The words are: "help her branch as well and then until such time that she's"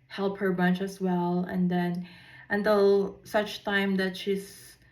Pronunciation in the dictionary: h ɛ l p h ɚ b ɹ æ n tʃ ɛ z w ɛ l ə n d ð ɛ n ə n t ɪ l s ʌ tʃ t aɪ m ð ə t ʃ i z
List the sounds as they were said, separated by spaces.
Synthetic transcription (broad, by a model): h ɛ l p h ɚ b ʌ n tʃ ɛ s w ɛ l ə n d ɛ n ə n t ɪ l s ʌ tʃ t aɪ m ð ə t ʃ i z